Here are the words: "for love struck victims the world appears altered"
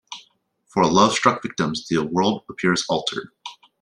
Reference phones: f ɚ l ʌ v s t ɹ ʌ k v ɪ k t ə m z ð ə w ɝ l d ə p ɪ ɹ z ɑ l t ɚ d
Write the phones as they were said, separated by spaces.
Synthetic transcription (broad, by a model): f ɚ l ʌ v s t ɹ ʌ k v ɪ k t ə m z ð ə w ɝ l d ə p ɪ ɹ z ɑ l t ɚ d